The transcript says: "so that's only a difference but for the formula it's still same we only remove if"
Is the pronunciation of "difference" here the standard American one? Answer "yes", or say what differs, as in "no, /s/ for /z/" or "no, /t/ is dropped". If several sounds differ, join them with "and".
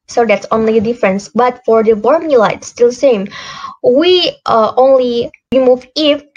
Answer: yes